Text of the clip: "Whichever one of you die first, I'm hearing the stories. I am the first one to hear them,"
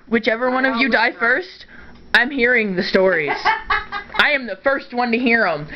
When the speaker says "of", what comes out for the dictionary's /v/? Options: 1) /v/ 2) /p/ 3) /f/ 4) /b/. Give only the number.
1